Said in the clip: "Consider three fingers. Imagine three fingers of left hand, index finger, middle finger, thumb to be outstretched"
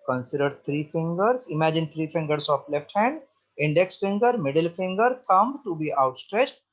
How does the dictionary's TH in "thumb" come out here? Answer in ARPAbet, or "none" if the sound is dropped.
T